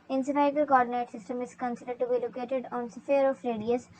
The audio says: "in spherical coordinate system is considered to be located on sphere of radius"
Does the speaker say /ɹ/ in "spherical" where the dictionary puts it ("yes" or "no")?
no